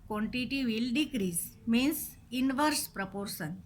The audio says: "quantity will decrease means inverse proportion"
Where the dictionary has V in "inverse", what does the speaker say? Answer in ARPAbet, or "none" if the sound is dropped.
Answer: V